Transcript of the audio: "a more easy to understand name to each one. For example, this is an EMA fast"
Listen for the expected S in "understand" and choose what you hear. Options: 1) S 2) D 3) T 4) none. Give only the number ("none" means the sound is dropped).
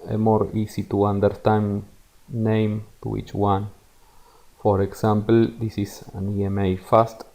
4